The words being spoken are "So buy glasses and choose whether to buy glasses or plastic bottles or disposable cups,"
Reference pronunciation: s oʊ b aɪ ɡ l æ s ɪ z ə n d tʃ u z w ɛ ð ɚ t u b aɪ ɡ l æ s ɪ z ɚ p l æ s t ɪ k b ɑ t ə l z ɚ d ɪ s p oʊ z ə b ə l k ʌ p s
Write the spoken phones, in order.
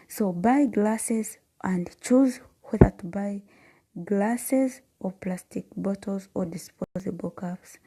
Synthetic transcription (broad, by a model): s oʊ b aɪ ɡ l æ s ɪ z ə n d tʃ u z w ɛ ð ɚ t u b aɪ ɡ l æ s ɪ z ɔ p l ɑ s t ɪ k b ɑ t ə l z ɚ d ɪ s p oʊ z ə b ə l k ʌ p s